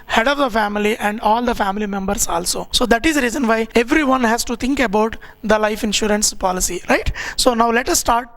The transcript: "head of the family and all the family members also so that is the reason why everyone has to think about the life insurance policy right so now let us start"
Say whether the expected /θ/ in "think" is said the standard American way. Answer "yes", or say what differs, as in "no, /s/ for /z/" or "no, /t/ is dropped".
no, /t/ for /θ/